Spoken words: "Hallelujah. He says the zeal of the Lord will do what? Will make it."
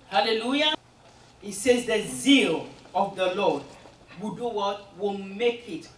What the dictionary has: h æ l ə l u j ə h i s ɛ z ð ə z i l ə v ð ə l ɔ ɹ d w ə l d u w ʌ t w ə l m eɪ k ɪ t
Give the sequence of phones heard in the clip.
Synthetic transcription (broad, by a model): h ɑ l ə l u j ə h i s ɛ z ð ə z i l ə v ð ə l ɔ d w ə d u w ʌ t w ə l m eɪ k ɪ t